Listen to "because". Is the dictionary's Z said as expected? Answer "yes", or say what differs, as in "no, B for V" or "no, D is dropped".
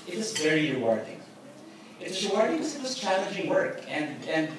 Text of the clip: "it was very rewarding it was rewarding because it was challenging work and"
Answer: no, Z is dropped